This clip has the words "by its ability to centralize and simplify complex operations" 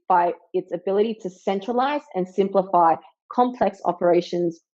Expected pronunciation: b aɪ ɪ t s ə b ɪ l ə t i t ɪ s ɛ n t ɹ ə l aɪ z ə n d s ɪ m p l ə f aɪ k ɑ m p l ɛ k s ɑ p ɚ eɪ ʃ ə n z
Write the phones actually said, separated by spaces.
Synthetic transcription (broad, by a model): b aɪ ɪ t s ə b ɪ l ə t i t ɪ s ɛ n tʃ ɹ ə l aɪ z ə n s ɪ m p l ə f aɪ k ɑ m p l ɛ k s ɑ p ɚ eɪ ʃ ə n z